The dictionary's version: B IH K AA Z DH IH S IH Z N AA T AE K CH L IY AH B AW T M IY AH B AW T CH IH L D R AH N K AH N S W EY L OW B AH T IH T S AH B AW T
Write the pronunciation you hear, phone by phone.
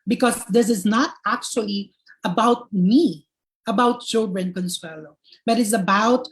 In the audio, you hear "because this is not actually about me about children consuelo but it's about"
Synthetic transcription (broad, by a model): B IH K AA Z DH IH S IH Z N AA T AE K CH L IY AH B AW T M IY AH B AW T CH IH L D R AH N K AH N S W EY L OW B AH T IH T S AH B AW T